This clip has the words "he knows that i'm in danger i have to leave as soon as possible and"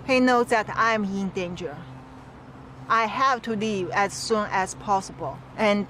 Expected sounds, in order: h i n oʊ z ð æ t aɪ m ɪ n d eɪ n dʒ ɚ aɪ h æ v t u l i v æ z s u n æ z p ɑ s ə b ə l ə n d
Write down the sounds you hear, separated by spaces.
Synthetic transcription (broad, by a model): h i n oʊ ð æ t aɪ m ɪ n d eɪ n dʒ ɚ aɪ h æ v t u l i æ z s u n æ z p ɑ s ə b ə l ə n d